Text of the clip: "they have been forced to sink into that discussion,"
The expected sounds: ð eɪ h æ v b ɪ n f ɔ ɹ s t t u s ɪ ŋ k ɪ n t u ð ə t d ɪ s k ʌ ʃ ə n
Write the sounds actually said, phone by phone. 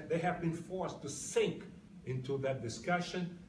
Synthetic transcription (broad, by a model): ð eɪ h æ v b ɪ n f ɔ ɹ s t t u s ɪ ŋ k ɪ n t u ð ə t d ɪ s k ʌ ʃ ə n